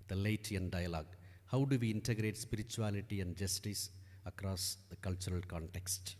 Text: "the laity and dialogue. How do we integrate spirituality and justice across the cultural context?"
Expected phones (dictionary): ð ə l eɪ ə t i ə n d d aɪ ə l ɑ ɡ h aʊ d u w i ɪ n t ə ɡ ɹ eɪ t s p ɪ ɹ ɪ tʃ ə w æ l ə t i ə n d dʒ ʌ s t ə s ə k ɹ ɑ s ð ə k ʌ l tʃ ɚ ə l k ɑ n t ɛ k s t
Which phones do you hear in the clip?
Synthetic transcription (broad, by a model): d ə l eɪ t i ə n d d aɪ ə l ɑ ɡ h aʊ d u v i ɪ n t ə ɡ ɹ eɪ t s p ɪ ɹ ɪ tʃ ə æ l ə t i ə n d dʒ ʌ s t ə s ə k ɹ ɑ s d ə k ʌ l tʃ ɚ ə l k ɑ n t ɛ k s t